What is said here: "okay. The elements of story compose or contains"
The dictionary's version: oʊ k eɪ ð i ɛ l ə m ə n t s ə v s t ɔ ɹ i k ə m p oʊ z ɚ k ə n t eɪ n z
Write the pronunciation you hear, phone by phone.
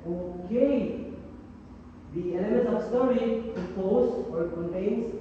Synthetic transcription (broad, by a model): oʊ k eɪ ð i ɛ n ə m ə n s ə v s t ɔ ɹ i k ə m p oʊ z ɚ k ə n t eɪ n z